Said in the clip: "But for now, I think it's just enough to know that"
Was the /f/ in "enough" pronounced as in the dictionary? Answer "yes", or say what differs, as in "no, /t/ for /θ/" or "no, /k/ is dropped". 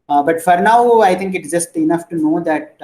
yes